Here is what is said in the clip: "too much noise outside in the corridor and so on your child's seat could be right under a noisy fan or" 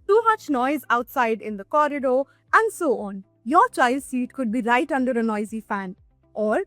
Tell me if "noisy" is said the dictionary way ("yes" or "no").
yes